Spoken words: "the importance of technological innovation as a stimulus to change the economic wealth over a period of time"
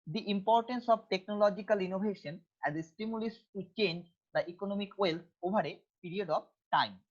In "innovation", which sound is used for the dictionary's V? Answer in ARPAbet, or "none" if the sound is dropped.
B